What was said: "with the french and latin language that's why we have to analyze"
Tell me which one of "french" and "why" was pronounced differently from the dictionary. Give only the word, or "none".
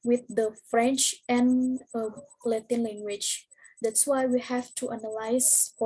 none